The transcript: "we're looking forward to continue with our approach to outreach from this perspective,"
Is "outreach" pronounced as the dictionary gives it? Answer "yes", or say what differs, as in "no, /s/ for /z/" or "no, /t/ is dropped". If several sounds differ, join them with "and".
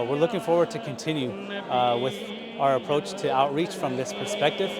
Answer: yes